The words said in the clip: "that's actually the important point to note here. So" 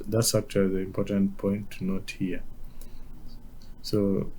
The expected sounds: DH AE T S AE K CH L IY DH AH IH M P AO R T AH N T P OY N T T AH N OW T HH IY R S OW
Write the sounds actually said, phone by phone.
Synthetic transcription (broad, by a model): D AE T S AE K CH IY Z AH IH M P AO R T AH N T P OY N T T N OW T HH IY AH S OW